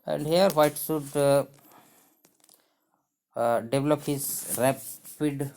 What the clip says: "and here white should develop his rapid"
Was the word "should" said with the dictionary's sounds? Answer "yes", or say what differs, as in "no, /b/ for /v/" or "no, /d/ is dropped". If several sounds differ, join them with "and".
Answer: no, /s/ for /ʃ/